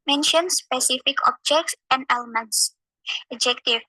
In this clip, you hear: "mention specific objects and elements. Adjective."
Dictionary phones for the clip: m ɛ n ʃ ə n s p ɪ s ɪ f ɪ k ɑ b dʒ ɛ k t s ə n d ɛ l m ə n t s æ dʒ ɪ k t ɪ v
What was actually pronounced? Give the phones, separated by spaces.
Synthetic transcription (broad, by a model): m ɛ n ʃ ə n s p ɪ s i f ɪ k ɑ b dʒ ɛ k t s ə n d ɛ l m ə n t s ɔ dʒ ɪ k t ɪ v